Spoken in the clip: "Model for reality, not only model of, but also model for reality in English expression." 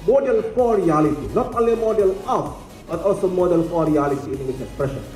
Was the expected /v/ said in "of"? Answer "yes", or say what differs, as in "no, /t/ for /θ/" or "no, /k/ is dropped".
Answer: no, /p/ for /v/